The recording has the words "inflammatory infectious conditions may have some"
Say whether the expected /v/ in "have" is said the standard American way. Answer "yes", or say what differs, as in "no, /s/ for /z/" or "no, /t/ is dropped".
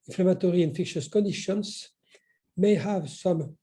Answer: yes